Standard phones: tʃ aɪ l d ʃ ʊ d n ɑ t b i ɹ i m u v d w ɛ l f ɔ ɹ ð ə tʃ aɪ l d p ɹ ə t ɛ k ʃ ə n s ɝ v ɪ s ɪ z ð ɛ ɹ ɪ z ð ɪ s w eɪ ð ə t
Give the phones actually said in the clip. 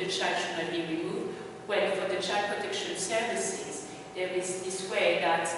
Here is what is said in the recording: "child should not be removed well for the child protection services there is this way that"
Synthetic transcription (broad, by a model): tʃ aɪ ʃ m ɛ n b i ɹ i m u v d w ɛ n f ɔ ɹ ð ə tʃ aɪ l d p ɹ ə t ɛ k ʃ ə n s ɝ v ɪ s ɪ z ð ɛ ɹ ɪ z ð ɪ s w eɪ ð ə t